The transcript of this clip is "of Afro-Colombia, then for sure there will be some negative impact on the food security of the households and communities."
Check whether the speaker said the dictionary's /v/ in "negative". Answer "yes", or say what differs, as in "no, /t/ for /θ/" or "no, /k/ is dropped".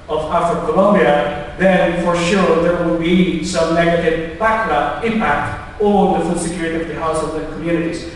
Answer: no, /p/ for /v/